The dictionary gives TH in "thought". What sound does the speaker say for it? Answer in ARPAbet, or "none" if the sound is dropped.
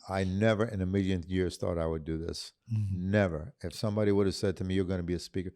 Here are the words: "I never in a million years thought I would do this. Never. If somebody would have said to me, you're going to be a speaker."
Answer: TH